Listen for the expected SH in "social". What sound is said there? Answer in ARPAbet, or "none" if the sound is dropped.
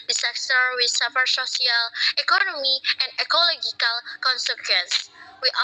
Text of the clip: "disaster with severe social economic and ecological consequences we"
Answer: S